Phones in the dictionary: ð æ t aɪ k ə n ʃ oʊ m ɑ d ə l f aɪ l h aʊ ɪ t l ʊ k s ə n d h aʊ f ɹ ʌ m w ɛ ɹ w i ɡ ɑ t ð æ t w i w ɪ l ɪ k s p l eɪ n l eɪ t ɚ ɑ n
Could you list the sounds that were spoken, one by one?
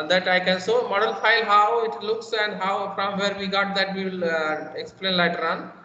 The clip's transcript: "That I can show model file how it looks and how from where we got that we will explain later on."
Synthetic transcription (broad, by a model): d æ t aɪ k ə n s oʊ m ɑ d ə l f aɪ l h aʊ ɪ t l ʊ k s ə n d h aʊ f ɹ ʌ m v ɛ ɹ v i ɡ ɑ t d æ t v i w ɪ l ɪ k s p l eɪ n l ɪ t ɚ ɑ n